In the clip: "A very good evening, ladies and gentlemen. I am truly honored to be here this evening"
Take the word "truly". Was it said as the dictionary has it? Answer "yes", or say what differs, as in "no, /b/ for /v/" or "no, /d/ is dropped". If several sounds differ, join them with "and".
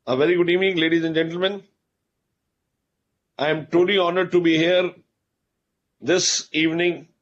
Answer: no, /ɹ/ is dropped